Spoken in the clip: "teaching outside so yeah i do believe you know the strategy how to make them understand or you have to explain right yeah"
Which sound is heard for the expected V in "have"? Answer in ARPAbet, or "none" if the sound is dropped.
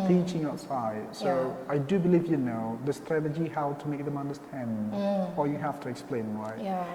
F